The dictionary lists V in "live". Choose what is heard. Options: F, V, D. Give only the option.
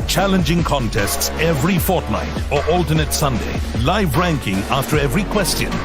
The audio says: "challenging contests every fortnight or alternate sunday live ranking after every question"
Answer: V